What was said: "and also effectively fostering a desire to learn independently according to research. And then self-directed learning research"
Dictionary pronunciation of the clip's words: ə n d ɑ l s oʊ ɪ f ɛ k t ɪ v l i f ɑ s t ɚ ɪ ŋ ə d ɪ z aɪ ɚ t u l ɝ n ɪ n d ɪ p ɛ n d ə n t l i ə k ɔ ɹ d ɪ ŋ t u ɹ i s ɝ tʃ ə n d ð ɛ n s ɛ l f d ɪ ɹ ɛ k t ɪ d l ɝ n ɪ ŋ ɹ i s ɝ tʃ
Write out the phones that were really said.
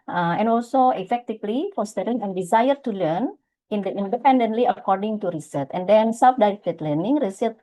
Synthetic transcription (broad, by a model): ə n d ɑ l s oʊ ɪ f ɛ k t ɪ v l i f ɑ s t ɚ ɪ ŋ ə d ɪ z aɪ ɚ t u l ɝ n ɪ n d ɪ p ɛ n d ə n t l i ə k ɔ ɹ d ɪ ŋ t u ɹ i s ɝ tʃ ə n d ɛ n s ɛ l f d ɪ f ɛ t l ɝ n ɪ ŋ ɹ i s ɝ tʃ